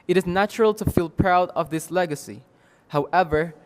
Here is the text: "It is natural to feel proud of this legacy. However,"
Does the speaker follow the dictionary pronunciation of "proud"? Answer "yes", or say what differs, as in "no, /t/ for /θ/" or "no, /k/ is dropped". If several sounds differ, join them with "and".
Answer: yes